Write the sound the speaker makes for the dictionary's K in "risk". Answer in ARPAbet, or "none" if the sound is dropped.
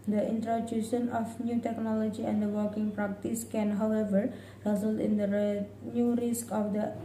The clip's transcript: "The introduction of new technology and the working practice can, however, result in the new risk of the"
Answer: K